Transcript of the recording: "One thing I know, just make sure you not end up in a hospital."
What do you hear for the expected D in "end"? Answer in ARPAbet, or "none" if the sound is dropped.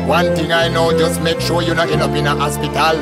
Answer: none